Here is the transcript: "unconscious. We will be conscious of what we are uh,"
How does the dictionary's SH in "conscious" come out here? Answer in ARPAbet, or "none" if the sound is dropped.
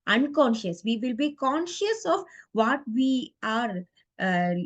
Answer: SH